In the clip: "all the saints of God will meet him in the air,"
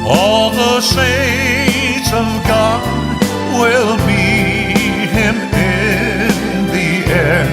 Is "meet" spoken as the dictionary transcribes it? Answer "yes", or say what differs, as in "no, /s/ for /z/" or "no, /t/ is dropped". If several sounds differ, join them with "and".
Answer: no, /t/ is dropped